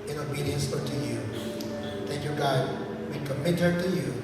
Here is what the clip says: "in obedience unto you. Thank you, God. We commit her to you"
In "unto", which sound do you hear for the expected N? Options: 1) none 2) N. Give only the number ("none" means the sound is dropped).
1